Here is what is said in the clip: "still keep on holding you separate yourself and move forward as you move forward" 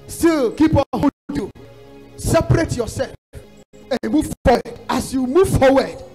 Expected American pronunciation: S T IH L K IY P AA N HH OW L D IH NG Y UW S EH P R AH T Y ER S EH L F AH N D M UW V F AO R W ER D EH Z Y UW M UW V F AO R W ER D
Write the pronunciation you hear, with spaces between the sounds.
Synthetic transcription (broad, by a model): S T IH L K IY P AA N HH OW D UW S EH P R AH T Y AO S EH L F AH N M UW V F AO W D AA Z Y UW M UW V F AO W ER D